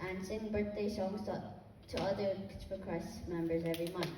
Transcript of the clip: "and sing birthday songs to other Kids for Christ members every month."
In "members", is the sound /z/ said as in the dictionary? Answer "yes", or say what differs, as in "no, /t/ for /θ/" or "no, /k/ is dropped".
yes